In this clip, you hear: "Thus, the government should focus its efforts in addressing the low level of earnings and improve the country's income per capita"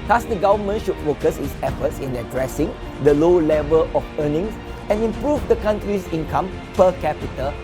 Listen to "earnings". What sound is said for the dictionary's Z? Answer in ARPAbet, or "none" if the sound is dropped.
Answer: S